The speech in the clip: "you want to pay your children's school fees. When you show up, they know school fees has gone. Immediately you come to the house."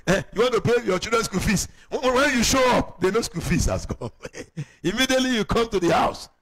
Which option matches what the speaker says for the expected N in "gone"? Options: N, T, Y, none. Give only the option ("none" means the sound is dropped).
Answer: none